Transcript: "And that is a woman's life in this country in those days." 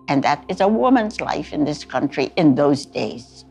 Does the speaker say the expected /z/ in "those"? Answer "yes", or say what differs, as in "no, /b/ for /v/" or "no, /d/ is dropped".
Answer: yes